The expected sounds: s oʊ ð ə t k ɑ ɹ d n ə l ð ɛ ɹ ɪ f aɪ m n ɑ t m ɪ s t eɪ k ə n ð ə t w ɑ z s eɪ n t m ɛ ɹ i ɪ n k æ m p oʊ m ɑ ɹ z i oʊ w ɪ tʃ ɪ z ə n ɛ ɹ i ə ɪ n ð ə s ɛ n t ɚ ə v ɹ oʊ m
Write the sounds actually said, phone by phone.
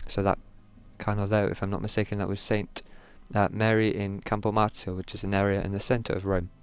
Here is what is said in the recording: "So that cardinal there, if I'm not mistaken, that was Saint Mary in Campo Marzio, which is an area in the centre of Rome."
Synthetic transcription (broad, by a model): s oʊ ð ə t k ɑ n d ə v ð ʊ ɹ ɪ f aɪ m n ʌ t m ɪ s t eɪ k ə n ð ə t w ɑ z s eɪ n t m ɛ ɹ i ɪ n k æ m p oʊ m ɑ ɹ s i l w ɪ tʃ ɪ z ə n ɛ ɹ i ə ɪ n ð ə s ɛ n t ɚ ə v ɹ oʊ m